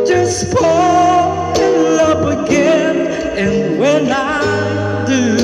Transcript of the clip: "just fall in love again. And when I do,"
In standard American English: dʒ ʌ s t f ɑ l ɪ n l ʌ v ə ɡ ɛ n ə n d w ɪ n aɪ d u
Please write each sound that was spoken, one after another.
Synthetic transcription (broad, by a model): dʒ ʌ s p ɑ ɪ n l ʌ p ə ɡ ɛ n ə n w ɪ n aɪ d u